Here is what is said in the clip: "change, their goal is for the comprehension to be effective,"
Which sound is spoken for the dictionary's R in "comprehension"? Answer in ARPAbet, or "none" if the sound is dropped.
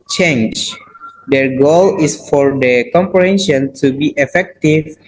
R